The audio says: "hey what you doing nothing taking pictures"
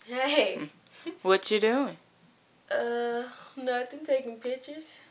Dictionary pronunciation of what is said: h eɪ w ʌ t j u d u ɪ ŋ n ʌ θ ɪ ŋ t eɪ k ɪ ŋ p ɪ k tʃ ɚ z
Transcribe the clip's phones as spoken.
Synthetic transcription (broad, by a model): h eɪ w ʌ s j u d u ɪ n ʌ t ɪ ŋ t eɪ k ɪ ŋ p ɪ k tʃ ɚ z